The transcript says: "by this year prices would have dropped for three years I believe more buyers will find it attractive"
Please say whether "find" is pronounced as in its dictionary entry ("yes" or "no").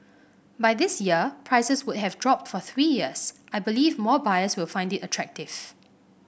yes